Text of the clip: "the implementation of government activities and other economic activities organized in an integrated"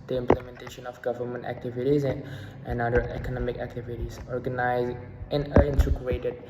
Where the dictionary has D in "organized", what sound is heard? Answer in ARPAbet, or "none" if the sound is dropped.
none